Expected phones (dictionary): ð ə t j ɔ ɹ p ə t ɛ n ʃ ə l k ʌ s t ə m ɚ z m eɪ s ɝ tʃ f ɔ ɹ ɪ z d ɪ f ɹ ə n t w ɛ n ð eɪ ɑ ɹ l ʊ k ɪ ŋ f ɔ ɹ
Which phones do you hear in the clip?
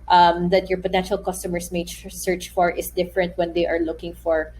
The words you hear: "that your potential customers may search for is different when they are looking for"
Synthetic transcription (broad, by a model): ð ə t j ɔ ɹ p ə t ɛ n ʃ ə l k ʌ s t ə m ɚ s m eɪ s ɝ tʃ f ɔ ɹ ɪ s d ɪ f ɹ ə n t w ɛ n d eɪ ɑ ɹ l ʊ k ɪ ŋ f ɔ ɹ